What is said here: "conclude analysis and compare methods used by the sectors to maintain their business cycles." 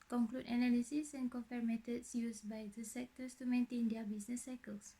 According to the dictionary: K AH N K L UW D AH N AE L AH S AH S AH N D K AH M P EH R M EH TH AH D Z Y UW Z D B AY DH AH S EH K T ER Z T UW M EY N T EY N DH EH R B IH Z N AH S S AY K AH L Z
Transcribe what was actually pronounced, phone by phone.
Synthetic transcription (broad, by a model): K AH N K L UW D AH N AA L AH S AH S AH N K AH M F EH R M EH T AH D S Y UW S B AY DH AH S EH K T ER S T UW M EY N T EY N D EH B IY S N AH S S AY K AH L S